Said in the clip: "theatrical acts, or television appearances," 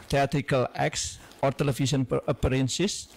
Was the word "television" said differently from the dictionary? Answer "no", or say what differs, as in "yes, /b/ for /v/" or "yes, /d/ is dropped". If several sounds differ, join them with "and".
yes, /s/ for /ʒ/